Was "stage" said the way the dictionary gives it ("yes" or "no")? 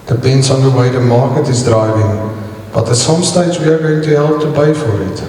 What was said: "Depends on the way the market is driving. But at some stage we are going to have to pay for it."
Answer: no